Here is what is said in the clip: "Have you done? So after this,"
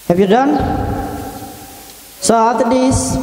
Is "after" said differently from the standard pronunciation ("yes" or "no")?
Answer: yes